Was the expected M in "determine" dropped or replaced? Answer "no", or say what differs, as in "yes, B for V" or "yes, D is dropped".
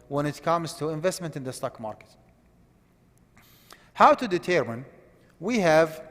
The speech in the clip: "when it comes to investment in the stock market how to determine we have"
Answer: no